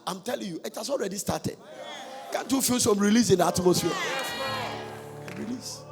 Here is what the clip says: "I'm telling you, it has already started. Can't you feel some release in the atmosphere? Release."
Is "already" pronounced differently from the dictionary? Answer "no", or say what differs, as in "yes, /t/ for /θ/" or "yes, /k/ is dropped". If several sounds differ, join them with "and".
no